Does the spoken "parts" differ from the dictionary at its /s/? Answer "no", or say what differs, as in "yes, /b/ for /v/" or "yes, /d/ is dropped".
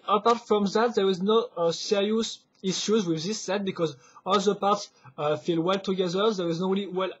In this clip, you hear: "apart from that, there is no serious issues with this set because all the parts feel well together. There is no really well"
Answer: no